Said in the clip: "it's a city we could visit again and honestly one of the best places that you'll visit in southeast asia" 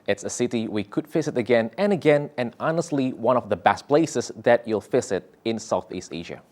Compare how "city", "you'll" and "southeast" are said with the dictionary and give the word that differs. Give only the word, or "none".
none